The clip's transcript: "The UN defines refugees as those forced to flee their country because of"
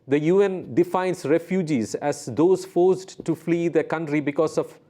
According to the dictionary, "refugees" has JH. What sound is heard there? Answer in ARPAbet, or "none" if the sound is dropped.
JH